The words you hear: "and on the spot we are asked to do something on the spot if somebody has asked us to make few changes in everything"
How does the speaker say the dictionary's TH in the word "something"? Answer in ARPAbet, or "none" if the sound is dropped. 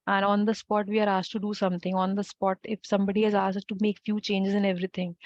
T